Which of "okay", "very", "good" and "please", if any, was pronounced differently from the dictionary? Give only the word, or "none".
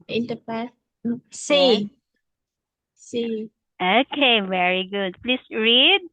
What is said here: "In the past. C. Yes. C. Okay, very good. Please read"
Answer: please